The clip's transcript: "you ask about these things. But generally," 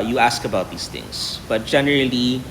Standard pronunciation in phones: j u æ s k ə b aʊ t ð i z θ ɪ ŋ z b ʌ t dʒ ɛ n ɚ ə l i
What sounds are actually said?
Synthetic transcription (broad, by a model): j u æ s k ə b aʊ t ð i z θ ɪ ŋ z b ʌ t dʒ ɛ n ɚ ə l i